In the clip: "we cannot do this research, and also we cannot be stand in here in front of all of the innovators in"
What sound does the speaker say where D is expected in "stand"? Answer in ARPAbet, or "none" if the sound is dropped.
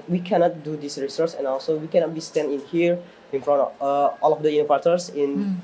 none